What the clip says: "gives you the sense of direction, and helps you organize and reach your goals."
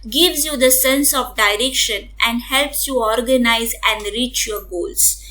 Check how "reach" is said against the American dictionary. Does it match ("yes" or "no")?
yes